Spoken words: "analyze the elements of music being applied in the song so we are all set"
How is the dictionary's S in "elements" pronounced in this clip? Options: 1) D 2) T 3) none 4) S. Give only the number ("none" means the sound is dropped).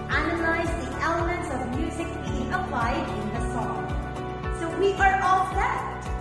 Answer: 4